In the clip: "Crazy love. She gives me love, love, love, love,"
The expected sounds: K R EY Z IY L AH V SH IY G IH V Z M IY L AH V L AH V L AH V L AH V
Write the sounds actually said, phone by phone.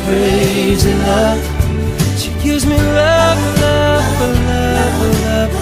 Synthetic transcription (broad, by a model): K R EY Z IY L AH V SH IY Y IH Z M IY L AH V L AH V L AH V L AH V